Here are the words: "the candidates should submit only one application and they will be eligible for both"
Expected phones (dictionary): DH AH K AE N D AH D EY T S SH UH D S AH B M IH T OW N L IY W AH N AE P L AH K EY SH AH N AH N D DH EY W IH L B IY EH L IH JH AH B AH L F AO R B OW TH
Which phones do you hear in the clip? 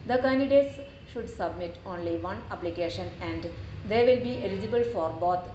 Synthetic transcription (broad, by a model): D AH K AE N D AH D EY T S SH UH D S AH B M IH T OW N L IY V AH N AE P L AH K EY SH AH N AH N D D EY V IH L B IY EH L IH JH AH B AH L F AO R B OW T